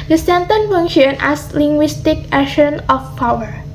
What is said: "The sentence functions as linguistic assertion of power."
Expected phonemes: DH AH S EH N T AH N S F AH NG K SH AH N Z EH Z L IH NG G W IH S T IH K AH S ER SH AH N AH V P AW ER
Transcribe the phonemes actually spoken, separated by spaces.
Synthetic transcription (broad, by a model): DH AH S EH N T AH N F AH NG SH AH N EH S L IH NG G W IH S T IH K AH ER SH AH N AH F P AW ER